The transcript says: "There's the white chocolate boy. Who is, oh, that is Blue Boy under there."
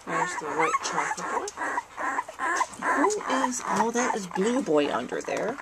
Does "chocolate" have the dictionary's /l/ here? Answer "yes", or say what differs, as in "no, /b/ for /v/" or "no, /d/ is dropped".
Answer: no, /l/ is dropped